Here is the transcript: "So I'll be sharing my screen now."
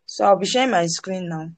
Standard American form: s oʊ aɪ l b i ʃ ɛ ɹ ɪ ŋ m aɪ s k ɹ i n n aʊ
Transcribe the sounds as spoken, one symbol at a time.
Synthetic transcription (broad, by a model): s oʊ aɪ w b i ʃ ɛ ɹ m aɪ s k ɹ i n n aʊ